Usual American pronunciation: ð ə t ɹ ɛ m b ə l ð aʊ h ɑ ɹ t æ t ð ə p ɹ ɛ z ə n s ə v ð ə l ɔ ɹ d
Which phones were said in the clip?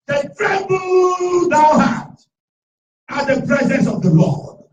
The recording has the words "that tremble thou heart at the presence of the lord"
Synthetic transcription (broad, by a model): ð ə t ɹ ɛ b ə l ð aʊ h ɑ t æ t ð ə p ɹ ɛ z ə n s ə v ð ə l ɔ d